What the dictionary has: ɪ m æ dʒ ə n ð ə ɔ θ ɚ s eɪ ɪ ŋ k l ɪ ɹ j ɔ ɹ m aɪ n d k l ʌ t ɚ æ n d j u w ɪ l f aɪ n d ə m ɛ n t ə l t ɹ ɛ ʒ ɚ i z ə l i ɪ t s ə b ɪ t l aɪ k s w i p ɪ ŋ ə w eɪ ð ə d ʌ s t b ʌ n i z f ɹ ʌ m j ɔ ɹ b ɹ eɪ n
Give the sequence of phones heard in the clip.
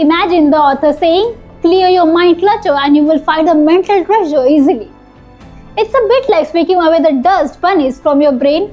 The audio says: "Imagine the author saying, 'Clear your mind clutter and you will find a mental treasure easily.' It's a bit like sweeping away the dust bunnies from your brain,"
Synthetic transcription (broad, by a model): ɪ m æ dʒ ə n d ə ɔ t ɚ s eɪ ɪ ŋ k l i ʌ j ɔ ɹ m aɪ n d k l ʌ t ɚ æ n d j u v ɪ l f aɪ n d ə m ɛ n t ə l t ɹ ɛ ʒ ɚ i z ə l i ɪ t s ə b ɪ t l aɪ k s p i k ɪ ŋ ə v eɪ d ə d ʌ s t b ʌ n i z f ɹ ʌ m j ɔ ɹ b ɹ eɪ n